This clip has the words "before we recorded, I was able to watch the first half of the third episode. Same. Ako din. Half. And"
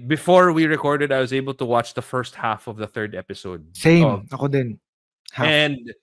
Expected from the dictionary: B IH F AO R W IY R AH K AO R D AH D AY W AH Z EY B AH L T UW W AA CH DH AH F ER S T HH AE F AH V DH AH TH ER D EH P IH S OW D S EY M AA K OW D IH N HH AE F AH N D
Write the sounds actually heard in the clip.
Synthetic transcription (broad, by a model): B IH F AO R W IY R AH K AO R D AH D AY W AH Z EY B AH L T UW W AA CH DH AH F ER S T HH AE F AH V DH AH TH ER D EH P IH S OW D S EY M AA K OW D IH N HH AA AH N D